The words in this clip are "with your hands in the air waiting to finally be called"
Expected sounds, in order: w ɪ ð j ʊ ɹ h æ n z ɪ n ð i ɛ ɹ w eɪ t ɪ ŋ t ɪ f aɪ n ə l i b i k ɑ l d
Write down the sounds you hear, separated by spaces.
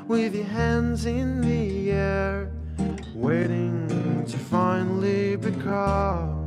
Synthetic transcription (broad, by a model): w ɪ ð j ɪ h æ n z ɪ n ð i ɛ ɹ w eɪ t ɪ ŋ t ɪ f aɪ n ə l i b i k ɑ